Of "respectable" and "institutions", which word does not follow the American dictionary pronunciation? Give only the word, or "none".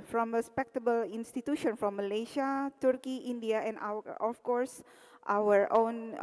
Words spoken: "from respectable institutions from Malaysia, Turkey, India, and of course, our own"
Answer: institutions